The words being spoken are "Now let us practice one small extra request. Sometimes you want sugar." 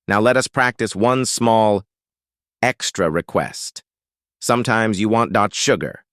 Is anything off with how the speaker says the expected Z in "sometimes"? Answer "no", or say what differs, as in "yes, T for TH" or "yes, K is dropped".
no